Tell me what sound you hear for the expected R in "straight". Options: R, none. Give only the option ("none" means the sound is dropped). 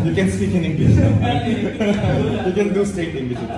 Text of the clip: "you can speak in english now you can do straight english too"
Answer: none